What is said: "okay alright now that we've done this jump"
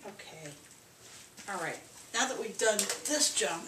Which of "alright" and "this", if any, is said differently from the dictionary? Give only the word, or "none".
none